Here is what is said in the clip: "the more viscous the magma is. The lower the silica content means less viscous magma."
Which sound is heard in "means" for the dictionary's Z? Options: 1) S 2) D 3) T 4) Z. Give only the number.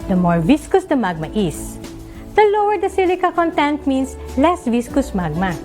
1